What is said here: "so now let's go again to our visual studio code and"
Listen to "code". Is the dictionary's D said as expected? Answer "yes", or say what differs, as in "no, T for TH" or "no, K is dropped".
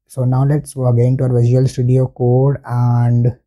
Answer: yes